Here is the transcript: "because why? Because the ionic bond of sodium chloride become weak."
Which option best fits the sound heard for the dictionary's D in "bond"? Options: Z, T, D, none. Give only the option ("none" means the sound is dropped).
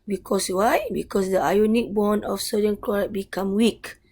none